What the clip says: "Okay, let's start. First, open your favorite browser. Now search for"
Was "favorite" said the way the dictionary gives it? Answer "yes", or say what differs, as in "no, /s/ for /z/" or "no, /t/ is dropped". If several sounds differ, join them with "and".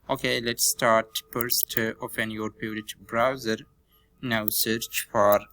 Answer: no, /p/ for /f/